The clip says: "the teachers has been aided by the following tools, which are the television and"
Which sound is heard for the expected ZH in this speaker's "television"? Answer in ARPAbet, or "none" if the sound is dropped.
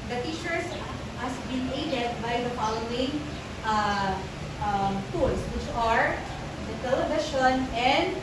SH